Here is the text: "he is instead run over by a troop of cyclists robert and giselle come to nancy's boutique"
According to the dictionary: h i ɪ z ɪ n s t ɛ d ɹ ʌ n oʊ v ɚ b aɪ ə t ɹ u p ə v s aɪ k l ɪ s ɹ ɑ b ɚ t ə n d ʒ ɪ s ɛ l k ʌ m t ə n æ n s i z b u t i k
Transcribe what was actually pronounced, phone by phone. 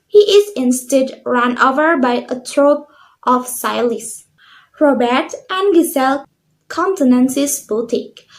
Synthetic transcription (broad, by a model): h i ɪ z ɪ n s t ɛ d ɹ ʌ n oʊ v ɚ b aɪ ə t ɹ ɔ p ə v s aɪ l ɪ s ɹ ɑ b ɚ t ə n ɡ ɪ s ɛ l k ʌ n t ə n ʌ n s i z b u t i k